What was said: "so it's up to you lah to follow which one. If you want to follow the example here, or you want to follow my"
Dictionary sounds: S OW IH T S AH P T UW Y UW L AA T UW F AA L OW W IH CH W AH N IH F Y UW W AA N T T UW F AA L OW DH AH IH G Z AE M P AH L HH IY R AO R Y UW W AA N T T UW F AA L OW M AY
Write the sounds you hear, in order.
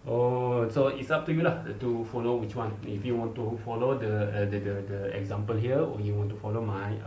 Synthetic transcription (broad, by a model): S OW IH T S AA P T UW Y UW L AA T UW F AA L OW W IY CH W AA N IH F Y UW W AA N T T UW F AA L OW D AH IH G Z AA M P AH L HH IY W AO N Y UW W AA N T T UW F AA L OW M AY